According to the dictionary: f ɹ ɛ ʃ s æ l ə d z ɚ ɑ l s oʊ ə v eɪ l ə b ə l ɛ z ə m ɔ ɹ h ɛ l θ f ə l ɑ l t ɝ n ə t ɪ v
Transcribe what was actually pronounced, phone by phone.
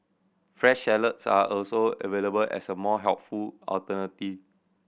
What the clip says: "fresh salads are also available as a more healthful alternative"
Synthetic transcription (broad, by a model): f ɹ ɛ ʃ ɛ l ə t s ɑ ɑ l s oʊ ə v eɪ l ə b ə l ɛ s ə m ɔ h ɛ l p f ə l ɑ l t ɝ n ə t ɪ